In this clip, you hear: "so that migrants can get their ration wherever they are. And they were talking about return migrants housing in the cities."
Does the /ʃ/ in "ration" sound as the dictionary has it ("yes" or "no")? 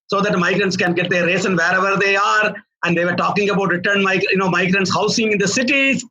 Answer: no